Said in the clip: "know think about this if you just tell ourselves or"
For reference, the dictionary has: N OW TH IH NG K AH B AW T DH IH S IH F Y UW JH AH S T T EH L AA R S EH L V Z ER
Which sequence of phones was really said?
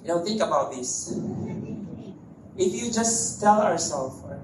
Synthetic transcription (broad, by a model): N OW TH IH NG K AH B AW T DH IH S IH F Y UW JH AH S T T EH L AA R S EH L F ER